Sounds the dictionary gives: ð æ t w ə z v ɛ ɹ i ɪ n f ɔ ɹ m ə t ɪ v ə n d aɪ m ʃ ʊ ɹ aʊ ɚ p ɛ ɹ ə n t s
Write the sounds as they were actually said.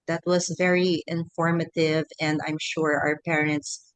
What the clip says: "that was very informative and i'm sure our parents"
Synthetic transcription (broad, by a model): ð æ t w ə z v ɛ ɹ i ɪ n f ɔ ɹ m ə t ɪ v ə n d aɪ m ʃ ʊ ɹ aʊ ɚ p ɛ ɹ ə n t s